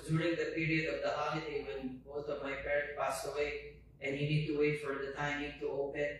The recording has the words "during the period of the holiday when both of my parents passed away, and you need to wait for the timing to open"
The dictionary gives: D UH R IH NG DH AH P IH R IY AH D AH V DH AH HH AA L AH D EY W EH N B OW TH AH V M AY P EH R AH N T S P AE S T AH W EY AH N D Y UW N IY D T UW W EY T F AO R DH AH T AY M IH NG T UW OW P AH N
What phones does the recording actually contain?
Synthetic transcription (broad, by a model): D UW R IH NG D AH P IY R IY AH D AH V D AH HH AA L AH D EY W EH N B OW T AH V M AY P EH R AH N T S P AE S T AH W EY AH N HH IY N IY D T UW W EY T F AO R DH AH T AY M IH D T UW OW P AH N